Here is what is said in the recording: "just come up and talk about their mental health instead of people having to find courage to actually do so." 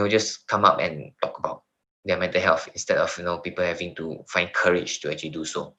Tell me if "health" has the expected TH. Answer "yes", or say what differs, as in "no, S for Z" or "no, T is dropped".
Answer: no, F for TH